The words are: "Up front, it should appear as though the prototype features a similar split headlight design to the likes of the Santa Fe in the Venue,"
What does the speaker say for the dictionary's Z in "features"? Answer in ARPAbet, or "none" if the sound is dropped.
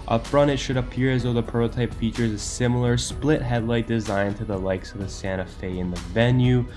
Z